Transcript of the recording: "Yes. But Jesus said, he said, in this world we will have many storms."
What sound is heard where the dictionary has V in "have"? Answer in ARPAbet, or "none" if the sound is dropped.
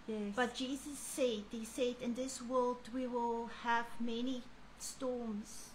V